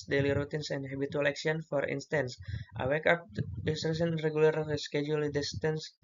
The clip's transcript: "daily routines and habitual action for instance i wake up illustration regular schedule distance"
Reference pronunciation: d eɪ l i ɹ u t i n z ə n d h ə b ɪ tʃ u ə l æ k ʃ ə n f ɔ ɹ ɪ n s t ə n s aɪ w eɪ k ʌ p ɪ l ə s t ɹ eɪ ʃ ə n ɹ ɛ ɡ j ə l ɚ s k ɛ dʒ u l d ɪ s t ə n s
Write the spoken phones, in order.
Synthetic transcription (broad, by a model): d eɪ l i ɹ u t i n s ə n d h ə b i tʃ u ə l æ k s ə n f ɔ ɹ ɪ n s t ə n s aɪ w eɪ k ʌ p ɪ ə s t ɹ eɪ s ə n ɹ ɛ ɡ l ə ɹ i s k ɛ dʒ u l d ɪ s t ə n s